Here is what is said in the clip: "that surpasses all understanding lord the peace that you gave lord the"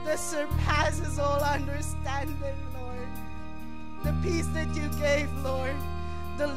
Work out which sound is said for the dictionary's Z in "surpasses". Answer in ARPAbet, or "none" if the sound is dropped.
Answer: Z